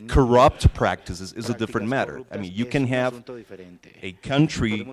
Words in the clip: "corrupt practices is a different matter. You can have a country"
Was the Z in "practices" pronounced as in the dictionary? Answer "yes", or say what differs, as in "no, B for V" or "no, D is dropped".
yes